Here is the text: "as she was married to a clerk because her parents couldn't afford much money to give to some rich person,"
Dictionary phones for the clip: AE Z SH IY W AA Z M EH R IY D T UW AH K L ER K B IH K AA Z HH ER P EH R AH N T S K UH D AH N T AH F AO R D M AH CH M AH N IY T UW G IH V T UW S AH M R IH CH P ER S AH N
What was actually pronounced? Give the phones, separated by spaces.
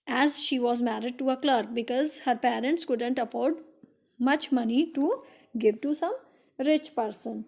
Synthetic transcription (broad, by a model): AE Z SH IY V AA Z M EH R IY D T UW AH K L ER K B IH K AA Z HH ER P EH R AH N T S K UH D AH N T AH F AO R D M AH CH M AH N IY T UW G IH V T UW S AH M R IH CH P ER S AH N